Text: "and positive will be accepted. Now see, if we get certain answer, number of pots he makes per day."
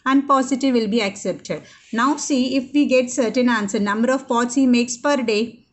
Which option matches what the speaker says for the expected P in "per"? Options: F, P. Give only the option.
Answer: P